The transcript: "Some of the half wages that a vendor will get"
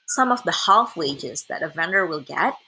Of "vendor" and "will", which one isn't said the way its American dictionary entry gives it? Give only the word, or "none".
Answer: none